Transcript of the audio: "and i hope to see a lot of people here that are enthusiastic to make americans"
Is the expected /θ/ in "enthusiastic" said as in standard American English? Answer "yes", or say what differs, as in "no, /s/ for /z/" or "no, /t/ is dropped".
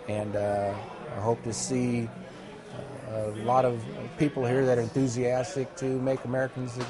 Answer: yes